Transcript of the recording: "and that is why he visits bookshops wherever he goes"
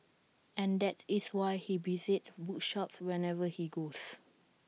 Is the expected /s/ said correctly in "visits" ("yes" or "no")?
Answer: no